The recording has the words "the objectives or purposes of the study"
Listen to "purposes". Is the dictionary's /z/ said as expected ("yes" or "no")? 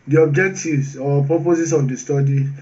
no